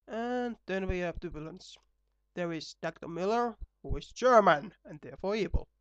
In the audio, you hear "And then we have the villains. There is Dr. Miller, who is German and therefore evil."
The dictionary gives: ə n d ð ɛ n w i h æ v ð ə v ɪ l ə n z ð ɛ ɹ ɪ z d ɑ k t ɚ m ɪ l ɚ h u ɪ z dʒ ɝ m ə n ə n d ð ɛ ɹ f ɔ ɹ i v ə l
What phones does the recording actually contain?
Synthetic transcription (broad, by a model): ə n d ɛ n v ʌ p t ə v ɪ l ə n s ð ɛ ɹ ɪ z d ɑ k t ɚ m ɪ l ɚ h u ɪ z dʒ ɝ m ə n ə n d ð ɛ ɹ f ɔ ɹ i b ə l